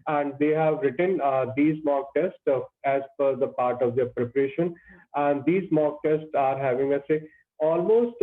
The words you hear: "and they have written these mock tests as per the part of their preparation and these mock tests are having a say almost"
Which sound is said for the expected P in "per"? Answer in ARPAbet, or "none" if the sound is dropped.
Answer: F